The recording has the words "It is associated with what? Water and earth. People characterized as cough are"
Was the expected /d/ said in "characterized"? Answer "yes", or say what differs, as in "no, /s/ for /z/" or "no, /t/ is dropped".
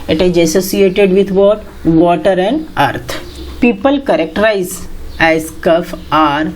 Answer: no, /d/ is dropped